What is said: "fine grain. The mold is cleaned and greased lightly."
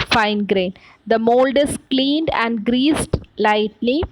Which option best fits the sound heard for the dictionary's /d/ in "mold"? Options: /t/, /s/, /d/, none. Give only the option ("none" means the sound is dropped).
/d/